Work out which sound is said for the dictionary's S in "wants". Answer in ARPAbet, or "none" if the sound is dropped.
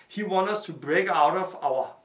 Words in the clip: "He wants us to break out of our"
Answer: none